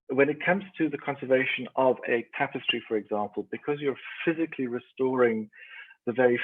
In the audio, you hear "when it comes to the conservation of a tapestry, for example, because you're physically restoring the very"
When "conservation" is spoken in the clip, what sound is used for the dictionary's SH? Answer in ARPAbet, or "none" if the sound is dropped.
SH